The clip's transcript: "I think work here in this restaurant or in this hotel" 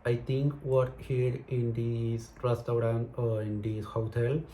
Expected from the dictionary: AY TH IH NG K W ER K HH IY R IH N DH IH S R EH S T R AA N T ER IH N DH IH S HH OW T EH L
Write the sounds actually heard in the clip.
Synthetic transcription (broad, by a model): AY T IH NG K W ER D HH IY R IH N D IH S R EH S T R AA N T IH N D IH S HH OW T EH L